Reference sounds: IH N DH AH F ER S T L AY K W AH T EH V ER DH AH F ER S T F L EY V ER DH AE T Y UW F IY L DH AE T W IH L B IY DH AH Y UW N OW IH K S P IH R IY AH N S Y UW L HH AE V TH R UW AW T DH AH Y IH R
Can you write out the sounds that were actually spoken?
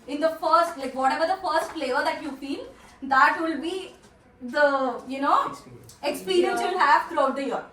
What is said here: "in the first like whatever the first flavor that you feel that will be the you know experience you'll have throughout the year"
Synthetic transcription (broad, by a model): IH N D AH F ER S T L AY K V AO T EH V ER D AH F ER S T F L EY ER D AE T Y UW F IY L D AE T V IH L B IY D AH Y UW N OW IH K S P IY R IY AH N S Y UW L HH AE V T R UW AW T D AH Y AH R